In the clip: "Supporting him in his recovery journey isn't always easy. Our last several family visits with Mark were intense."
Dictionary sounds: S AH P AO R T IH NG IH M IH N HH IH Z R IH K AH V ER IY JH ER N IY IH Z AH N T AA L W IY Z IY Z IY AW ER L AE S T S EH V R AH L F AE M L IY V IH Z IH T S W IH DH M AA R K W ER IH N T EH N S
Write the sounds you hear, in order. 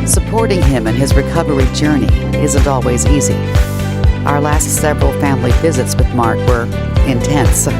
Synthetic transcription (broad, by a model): S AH P AO R T IH NG IH M IH N IH Z R IH K AH V ER IY JH ER N IY IH Z AH N T AA L W IY Z IY Z IY AW ER L AE S T S EH V R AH L F AE M L IY V IH Z IH T S W IH DH M AA R K W ER IH N T EH N S